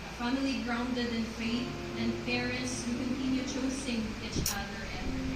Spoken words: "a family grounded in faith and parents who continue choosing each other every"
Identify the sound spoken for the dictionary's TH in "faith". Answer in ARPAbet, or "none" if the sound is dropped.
T